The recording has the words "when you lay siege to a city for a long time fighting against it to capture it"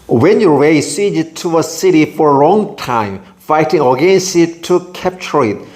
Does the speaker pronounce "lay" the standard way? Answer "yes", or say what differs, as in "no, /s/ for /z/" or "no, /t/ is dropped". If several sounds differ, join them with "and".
no, /w/ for /l/